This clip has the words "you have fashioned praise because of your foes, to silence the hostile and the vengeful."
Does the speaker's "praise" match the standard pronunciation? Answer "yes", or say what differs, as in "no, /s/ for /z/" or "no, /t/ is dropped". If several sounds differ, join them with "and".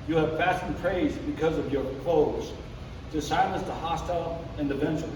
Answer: yes